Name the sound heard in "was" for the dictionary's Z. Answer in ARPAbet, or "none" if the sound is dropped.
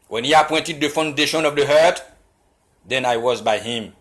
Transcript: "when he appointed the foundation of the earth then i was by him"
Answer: Z